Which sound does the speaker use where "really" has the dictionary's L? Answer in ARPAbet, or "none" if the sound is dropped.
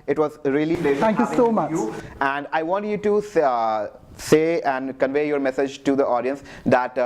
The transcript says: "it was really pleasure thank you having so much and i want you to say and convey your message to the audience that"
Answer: none